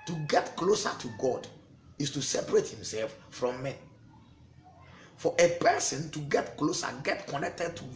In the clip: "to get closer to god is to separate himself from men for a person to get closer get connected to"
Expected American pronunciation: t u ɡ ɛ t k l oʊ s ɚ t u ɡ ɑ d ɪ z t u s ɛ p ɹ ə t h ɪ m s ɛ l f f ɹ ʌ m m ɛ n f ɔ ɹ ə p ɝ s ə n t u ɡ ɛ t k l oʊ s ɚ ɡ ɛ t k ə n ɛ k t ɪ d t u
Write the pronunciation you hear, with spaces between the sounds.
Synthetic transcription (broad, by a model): t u ɡ ɛ t k l oʊ s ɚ t u ɡ ɑ d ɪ s t u s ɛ p ɹ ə t h ɪ m s ɛ l f f ɹ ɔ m m ɛ n f ɔ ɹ ə p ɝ s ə n t u ɡ ɛ t k l oʊ s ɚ ɡ ɛ t k ə n ɛ k t ɪ d t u